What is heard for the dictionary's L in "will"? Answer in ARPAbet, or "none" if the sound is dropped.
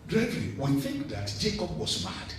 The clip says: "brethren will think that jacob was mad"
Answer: N